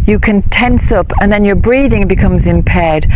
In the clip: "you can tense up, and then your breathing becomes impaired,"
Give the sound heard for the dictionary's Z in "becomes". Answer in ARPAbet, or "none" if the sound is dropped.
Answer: Z